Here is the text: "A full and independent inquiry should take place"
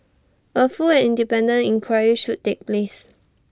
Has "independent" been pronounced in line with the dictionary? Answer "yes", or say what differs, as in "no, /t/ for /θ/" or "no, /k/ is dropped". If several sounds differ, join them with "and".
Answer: no, /t/ is dropped